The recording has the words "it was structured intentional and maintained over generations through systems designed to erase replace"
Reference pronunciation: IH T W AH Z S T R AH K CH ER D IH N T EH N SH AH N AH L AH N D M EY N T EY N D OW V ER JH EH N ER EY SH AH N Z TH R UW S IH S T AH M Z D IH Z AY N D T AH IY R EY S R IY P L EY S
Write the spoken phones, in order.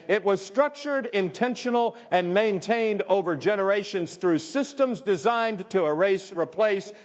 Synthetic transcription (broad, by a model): IH T W AH Z S T R AH K CH ER D IH N T EH N SH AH N L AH N M EY N T EY N D OW V ER JH EH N ER EY SH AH N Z TH R UW S IH S T AH M Z D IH Z AY N T AH R EY S R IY P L EY S